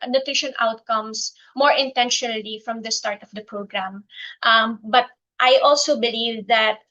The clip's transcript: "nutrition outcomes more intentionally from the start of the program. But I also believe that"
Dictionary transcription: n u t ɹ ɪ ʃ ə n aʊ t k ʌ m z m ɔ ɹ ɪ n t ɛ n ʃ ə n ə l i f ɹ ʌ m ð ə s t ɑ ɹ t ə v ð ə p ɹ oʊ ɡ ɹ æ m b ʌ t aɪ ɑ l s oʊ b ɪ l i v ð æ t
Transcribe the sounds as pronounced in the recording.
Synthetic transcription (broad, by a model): n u t ɹ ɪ ʃ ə n aʊ t k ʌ m s m ɔ ɹ ɪ n t ɛ n ʃ ə n ə l i f ɹ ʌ m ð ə s t ɑ ɹ t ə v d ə p ɹ oʊ ɡ ɹ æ m b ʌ t aɪ ɑ l s oʊ b ɪ l i v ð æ t